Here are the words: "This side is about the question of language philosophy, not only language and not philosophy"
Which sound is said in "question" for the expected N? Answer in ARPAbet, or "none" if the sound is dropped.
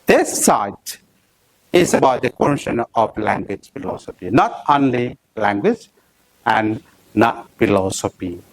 N